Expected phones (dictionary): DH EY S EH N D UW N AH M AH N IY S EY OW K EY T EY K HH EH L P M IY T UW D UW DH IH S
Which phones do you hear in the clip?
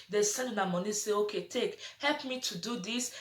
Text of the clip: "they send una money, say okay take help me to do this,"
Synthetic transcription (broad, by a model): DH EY S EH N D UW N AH M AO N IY S EY OW K EY T EY K HH EH L P M IY T UW D UW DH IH S